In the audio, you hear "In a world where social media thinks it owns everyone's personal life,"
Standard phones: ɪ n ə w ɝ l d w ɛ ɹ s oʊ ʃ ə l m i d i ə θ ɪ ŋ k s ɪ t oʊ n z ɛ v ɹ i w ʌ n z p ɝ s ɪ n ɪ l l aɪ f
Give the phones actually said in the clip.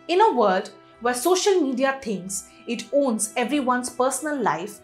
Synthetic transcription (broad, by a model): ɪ n ə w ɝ d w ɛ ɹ s oʊ ʃ ə l m i d i ə t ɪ ŋ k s ɪ t oʊ n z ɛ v ɹ i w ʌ n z p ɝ s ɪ n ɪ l l aɪ f